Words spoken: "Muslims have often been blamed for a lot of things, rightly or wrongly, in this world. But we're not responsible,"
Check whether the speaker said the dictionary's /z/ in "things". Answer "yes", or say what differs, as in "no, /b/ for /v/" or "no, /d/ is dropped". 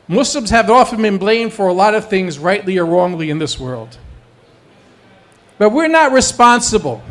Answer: yes